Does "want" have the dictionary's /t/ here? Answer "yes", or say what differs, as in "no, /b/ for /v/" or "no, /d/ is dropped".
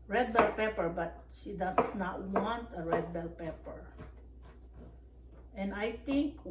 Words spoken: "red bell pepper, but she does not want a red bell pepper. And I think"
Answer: yes